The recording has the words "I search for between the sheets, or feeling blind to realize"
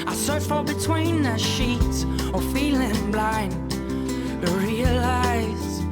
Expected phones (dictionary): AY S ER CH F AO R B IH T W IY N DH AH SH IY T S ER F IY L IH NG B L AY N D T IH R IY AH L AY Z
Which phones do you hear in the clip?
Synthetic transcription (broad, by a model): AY S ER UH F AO L B IH T W IY N DH AH SH IY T ER F IY L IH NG B L AY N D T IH R IY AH L AY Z